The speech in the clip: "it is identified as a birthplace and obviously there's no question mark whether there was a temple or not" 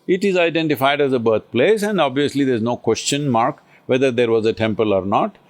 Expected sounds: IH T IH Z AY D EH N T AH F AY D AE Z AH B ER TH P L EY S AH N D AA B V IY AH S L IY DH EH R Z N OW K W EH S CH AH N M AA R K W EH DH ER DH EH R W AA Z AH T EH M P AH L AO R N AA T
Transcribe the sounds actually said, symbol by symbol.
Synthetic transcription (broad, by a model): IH T IH Z AY D EH N T AH F AY D AE Z AH B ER T P L EY S AH N D AA B V IY AH S L IY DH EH R Z N OW K W EH S CH AH N M AA R K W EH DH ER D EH R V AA Z AH T EH M P AH L AO R N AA T